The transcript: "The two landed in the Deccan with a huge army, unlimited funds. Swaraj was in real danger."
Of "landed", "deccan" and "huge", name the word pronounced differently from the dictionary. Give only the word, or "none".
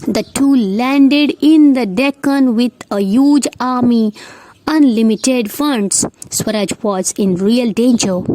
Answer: none